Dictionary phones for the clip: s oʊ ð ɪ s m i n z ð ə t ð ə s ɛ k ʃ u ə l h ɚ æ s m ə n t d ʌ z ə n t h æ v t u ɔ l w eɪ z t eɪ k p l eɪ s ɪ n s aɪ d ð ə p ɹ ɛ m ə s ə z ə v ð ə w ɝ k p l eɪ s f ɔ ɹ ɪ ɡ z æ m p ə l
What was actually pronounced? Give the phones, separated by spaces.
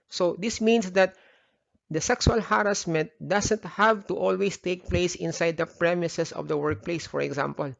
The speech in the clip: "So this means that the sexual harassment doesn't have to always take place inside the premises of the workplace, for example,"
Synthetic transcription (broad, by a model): s oʊ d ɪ s m i n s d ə t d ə s ɛ k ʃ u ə l h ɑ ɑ s m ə n t d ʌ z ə n t h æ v t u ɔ l w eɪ s t eɪ k p l eɪ s ɪ n s aɪ d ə p ɹ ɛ m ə s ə s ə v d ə w ɝ k p l eɪ s f ɔ ɹ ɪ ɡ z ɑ m p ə l